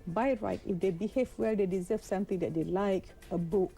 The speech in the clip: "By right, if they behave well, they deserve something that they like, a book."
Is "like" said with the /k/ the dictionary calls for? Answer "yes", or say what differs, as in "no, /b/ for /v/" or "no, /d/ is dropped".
yes